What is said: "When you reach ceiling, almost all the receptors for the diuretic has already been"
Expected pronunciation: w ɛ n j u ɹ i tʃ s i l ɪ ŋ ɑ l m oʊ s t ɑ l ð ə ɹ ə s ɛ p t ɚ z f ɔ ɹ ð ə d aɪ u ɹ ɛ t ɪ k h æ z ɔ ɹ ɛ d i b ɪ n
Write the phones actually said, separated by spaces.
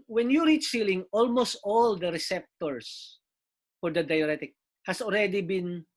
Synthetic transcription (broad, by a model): w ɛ n j u ɹ i tʃ s i l ɪ ŋ ɑ l m oʊ s t ɑ l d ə ɹ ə s ɛ p t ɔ s f ɔ ɹ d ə d aɪ u ɹ ɛ t ɪ k h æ s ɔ l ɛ d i b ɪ n